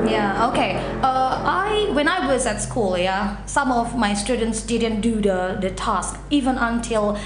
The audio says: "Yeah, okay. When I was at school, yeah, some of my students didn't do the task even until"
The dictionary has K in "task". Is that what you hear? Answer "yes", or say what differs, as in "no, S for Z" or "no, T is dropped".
yes